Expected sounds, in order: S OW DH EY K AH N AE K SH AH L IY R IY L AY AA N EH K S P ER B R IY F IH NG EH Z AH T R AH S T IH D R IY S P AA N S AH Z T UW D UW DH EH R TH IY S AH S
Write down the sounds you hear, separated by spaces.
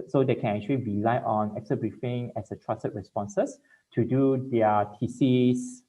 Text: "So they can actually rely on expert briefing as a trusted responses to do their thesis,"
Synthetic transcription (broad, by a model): S OW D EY K AH N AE K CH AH L IY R IY L AY AA N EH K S ER B R IY F IH NG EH S AH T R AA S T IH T R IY S P AA N S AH S T UW D UW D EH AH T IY S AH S